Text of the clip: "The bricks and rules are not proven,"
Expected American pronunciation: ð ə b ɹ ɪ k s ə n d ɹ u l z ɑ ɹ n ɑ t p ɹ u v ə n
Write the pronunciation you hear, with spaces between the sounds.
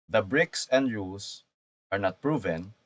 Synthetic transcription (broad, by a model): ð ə b ɹ ɪ k s ə n d ɹ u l s ɑ ɹ n ɑ t p ɹ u v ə n